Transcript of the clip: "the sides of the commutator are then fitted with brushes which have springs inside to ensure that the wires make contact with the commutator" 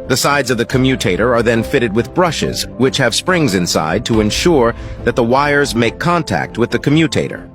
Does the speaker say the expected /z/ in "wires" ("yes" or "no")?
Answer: yes